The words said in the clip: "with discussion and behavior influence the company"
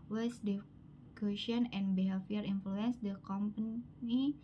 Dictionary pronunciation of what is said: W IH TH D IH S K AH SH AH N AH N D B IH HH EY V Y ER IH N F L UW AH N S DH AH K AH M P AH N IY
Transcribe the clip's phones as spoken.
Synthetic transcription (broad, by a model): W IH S D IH K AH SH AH N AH N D B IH HH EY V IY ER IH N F L UW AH N S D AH K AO M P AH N IY